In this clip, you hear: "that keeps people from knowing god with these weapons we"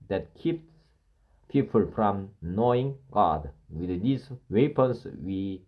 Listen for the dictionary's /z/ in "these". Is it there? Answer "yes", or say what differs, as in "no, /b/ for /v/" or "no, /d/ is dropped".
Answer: no, /s/ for /z/